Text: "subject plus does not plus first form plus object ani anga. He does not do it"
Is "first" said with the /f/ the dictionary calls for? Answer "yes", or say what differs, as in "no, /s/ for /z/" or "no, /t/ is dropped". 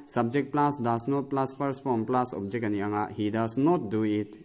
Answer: no, /p/ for /f/